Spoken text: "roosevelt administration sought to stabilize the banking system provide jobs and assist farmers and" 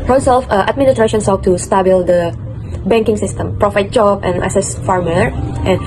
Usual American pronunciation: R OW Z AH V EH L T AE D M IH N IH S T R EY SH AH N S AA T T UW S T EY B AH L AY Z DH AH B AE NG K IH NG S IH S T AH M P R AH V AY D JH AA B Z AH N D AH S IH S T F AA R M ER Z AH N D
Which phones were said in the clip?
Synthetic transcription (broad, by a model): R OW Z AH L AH T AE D M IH N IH S T R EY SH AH N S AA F T UW S T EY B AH L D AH B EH NG K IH NG S IH S T AH M P R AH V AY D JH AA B AH N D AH S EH S F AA R M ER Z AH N